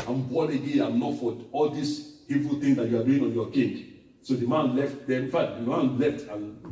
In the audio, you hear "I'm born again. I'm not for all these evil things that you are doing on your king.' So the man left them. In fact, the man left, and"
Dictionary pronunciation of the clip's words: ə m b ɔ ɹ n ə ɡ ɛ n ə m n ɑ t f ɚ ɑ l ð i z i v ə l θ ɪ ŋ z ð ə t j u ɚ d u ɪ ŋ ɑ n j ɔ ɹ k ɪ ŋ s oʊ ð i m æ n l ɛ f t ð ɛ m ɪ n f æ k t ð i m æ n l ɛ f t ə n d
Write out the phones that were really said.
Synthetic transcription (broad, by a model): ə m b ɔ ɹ ə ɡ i ə m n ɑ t f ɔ ɑ l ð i s i v ə l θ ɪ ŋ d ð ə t j u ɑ d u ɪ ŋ ɑ n j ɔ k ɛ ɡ s oʊ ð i m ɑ n l ɛ f t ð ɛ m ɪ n f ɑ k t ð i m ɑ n l ɛ f t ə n